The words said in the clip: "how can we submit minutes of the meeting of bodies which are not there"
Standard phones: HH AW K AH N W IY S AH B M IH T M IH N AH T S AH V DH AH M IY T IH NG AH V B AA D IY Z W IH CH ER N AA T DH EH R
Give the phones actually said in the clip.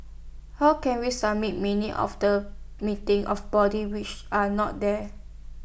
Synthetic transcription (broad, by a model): HH AW K AH N W IY S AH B M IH T M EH N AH T AH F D AH M IY T IH NG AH F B AA D IY W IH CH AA N AA T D EH